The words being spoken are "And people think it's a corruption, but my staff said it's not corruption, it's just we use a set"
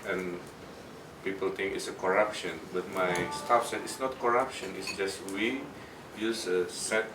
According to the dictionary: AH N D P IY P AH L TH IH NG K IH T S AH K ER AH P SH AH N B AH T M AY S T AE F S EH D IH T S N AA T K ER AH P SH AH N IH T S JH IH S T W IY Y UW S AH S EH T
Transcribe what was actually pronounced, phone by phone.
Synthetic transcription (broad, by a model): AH N P IY P AH L T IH NG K IH T S AH K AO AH P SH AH N B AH T M AY S T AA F S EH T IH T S N AA T K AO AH P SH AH N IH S JH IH S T W IY Y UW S AH S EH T